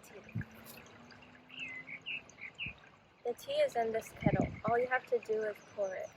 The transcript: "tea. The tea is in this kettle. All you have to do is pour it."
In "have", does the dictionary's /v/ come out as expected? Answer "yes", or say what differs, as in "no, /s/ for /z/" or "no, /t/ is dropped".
no, /f/ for /v/